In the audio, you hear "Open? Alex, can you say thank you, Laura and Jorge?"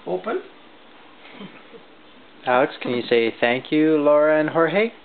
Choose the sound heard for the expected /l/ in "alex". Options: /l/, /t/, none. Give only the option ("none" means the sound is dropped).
none